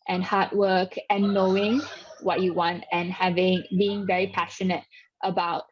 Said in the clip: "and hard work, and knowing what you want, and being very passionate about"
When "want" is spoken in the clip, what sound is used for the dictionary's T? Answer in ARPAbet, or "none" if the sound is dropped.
T